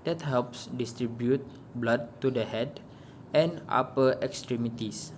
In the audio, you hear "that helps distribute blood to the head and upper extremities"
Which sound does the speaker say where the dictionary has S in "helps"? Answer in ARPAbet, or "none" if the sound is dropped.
S